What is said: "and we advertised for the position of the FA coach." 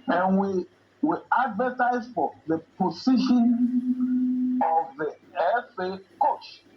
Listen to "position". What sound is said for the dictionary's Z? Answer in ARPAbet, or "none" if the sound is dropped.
S